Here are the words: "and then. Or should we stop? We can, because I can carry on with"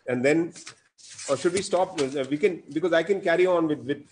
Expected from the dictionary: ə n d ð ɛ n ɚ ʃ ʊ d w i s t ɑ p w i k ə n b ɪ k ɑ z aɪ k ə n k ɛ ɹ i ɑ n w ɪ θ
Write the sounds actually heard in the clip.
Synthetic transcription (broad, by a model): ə n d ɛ n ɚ ʃ ʊ d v i s t ɑ p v i k ə n b ɪ k ɑ z aɪ k ə n k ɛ ɹ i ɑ n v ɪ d